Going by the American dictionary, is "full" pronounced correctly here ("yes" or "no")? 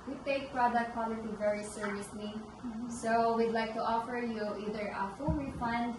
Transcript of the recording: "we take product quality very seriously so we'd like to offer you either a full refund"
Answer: no